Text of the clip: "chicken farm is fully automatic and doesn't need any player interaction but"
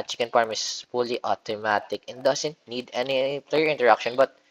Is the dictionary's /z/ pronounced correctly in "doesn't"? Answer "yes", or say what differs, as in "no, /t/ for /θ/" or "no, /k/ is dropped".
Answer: no, /s/ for /z/